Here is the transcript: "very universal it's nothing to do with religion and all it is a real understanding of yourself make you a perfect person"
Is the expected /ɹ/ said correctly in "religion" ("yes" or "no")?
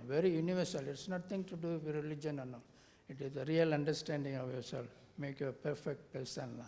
yes